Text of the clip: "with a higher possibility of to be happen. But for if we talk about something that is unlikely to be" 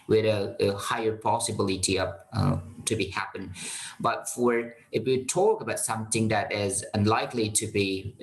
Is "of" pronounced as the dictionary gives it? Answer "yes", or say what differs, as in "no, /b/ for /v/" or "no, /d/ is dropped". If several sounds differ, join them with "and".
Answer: no, /p/ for /v/